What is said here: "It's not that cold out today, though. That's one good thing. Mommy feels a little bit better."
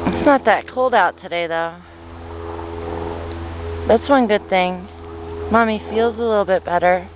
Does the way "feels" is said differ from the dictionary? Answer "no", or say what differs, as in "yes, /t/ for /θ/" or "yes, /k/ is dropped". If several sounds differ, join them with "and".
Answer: no